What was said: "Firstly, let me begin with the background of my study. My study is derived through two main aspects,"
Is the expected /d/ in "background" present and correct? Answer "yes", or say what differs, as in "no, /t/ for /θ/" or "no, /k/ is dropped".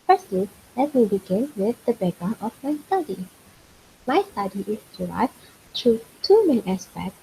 no, /d/ is dropped